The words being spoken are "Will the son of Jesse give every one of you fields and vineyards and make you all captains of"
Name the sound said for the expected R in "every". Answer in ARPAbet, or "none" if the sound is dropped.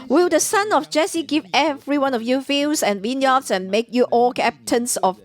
R